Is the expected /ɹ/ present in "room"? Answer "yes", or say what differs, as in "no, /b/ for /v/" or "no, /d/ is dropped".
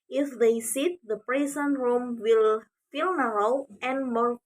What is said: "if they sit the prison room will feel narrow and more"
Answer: yes